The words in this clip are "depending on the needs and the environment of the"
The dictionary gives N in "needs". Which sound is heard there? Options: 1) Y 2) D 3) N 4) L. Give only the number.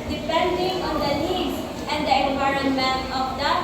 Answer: 4